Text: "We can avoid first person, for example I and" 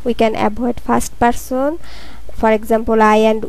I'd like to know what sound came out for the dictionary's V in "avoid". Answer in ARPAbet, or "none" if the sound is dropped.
B